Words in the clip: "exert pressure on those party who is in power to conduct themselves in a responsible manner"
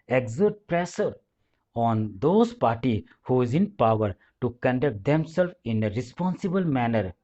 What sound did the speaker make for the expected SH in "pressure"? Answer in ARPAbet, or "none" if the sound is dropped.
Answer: S